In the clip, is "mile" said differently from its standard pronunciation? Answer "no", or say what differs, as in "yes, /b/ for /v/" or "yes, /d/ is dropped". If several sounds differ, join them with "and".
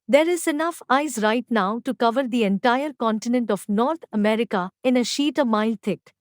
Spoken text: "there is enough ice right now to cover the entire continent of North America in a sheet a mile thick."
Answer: no